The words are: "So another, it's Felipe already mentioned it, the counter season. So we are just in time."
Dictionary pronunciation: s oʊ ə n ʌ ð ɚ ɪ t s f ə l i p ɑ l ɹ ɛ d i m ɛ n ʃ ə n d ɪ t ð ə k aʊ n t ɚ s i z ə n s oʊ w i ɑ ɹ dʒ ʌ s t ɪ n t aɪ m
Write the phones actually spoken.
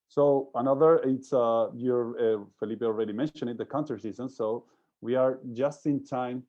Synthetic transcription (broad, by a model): s oʊ ə n ʌ ð ɚ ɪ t s f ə l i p ɑ l ɹ ɛ d i m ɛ n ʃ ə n ɪ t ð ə k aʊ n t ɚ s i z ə n s oʊ w i ɑ ɹ dʒ ʌ s t ɪ n t aɪ m